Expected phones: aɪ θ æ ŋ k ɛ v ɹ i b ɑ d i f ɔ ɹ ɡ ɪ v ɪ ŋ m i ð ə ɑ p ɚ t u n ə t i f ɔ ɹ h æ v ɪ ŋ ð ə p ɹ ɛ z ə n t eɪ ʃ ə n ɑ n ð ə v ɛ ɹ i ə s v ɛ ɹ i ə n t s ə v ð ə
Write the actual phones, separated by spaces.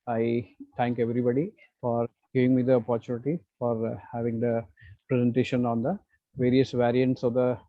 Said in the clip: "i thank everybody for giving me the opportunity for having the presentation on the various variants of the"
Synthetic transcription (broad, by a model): aɪ t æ ŋ k ɛ v ɹ i b ɑ d i f ɔ ɹ ɡ ɪ v ɪ ŋ m i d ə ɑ p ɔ t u n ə t i f ɔ ɹ h æ v ɪ ŋ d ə p ɹ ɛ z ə n t eɪ ʃ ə n ɑ n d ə v ɛ ɹ i ə s v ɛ ɹ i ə n t s ə v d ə